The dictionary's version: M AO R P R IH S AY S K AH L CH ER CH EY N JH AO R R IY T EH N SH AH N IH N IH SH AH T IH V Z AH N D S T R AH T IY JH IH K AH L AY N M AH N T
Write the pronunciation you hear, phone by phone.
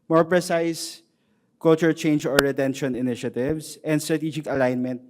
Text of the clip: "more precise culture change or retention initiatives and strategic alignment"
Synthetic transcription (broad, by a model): M AO R P R IH S AY S K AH L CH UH CH EY N JH AO R R IY T EH N SH AH N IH N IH SH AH T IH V S AH N D S T R AH T IY JH IH K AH L AY N M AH N T